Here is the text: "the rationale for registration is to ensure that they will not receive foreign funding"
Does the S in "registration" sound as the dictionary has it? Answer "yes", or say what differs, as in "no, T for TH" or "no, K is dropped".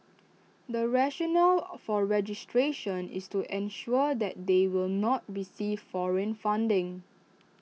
yes